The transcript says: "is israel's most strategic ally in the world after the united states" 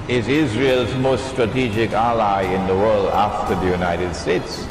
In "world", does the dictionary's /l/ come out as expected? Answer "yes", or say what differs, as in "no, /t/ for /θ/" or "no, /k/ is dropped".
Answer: yes